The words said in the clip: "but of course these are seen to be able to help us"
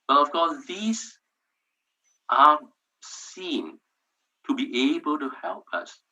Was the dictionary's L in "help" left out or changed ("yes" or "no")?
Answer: no